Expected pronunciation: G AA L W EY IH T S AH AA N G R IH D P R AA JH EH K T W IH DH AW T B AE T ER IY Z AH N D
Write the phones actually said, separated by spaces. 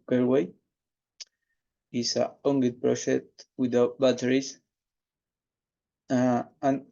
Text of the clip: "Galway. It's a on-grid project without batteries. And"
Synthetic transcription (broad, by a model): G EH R W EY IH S AH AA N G IH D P R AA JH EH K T W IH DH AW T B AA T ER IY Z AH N